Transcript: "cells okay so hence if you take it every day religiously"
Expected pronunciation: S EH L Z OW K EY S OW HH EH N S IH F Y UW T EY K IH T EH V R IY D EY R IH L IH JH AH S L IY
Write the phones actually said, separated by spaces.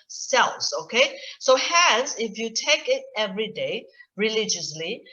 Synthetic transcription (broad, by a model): S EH L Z OW K EY S OW HH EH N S IH F Y UW T EY K IH T EH V R IY D EY R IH L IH JH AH S L IY